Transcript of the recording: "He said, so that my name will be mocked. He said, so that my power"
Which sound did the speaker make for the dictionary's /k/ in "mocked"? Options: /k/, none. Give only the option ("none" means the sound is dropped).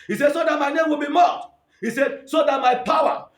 none